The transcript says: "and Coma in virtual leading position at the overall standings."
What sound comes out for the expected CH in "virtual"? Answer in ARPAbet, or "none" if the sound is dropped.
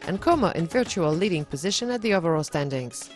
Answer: CH